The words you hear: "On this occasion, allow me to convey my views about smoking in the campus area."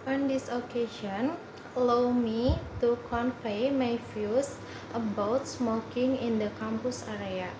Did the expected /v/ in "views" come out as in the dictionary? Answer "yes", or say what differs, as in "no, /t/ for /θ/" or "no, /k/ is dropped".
no, /f/ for /v/